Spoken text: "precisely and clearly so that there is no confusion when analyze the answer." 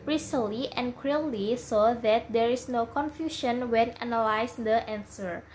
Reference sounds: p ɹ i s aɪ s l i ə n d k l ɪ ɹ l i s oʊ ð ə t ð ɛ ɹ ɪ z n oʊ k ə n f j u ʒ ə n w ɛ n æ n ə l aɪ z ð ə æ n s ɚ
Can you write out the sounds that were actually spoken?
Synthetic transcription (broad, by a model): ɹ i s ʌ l i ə n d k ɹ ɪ l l i s oʊ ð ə t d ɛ ɹ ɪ s n oʊ k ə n f j u ʃ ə n w ɛ n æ n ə l aɪ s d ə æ n s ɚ